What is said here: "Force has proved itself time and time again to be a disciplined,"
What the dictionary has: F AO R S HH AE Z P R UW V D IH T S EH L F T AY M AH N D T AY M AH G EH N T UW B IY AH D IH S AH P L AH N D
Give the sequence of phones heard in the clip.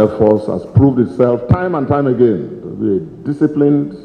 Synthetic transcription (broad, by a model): F AO S HH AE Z P R UW V D IH T S EH L F T AY M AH N T AY M AH G EH N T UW B IY AH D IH S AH P L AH N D